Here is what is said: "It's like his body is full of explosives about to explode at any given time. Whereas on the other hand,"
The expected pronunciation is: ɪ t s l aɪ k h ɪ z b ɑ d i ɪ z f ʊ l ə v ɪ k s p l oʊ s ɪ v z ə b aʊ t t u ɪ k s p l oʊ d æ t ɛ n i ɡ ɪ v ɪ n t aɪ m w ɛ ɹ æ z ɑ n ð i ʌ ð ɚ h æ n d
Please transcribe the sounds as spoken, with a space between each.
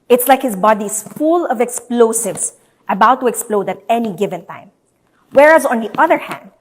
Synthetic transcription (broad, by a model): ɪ t s l aɪ k h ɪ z b ɑ d i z f ʊ l ə v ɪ k s p l oʊ s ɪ v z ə b aʊ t t u ɪ k s p l oʊ d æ t ɛ n i ɡ ɪ v ɪ n t aɪ m w ɛ ɹ æ z ɑ n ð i ʌ ð ɚ h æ n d